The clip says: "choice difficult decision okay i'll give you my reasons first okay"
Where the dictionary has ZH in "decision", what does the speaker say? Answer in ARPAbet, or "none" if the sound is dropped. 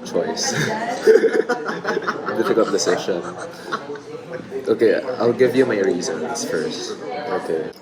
SH